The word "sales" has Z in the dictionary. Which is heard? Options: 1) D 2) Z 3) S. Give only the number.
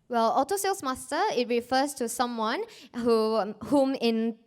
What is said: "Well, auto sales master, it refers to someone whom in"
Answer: 3